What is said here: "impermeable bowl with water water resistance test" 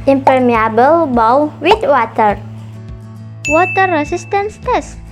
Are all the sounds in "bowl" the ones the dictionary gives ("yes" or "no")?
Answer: no